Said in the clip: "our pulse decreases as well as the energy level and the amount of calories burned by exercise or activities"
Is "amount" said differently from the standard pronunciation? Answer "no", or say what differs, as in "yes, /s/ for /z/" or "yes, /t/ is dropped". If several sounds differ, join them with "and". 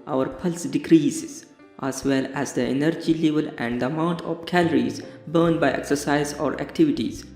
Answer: no